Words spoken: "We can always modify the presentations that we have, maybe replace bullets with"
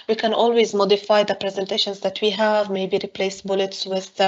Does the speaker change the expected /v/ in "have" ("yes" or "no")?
no